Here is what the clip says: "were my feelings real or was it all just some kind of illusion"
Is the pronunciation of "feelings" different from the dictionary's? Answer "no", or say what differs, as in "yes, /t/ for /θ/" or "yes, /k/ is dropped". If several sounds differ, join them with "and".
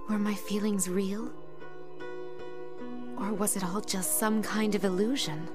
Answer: no